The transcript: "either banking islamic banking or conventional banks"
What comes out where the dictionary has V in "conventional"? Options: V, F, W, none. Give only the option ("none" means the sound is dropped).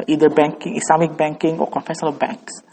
F